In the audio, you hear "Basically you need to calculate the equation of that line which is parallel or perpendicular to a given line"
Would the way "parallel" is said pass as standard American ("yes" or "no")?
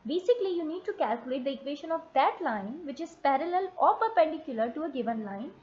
yes